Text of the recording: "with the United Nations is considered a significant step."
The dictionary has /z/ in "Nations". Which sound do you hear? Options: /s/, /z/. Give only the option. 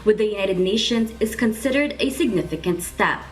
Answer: /z/